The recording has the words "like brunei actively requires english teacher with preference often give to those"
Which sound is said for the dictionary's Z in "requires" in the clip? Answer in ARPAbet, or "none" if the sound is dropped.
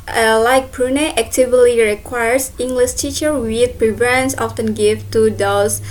S